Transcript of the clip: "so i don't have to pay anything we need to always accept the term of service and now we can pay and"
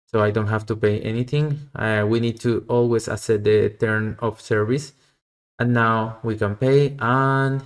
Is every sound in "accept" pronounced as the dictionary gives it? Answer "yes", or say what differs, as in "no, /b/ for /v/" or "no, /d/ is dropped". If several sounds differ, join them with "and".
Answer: no, /k/ is dropped and /p/ is dropped